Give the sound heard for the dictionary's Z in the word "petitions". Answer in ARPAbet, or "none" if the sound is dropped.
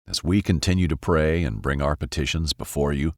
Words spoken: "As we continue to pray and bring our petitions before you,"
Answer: Z